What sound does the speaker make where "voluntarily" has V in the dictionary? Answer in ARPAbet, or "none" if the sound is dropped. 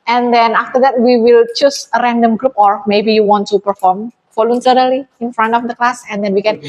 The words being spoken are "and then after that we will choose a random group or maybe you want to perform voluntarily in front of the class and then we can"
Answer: F